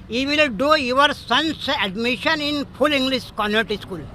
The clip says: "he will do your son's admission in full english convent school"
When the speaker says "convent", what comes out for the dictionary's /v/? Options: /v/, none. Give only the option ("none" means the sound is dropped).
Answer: none